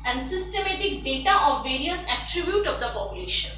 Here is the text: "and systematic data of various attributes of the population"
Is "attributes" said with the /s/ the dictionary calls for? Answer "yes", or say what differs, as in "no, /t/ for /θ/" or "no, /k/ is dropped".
no, /s/ is dropped